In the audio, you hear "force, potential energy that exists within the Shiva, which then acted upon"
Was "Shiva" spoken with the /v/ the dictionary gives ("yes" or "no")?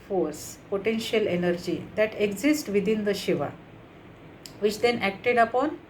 yes